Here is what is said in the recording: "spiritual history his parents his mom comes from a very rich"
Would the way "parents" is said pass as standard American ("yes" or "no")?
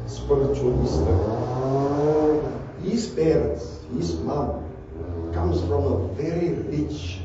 no